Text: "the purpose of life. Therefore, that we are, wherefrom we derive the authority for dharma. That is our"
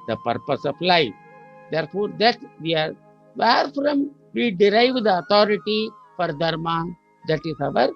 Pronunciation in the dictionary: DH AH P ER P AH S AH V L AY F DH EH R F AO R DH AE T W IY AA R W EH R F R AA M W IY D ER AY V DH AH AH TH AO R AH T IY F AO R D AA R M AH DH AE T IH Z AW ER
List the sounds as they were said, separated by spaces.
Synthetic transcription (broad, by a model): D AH P ER P AH S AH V L AY F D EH R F AO R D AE T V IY AA R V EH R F R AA M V IY D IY AY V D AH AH T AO R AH T IY F AO R D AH R M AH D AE T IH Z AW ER